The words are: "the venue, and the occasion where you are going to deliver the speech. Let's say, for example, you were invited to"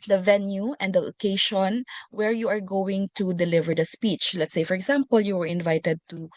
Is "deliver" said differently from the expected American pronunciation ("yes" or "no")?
no